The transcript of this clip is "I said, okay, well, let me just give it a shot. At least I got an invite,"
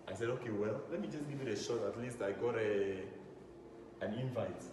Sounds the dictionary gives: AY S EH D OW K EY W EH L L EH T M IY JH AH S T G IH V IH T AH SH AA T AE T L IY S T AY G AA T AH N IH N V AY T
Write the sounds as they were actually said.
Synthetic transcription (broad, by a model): AY S EH D OW K EY W EH L L EH T M IY JH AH S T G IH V IH T AH SH AA T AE T L IY S T AY G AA T AH N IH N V AY T